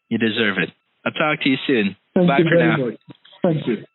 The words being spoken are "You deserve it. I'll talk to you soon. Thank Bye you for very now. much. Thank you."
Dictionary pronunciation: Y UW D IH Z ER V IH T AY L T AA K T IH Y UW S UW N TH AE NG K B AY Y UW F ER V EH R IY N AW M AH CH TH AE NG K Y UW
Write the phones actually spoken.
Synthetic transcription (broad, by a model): Y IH D IH Z ER V IH T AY T AA K T IH Y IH S UW N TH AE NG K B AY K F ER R N AW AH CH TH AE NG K Y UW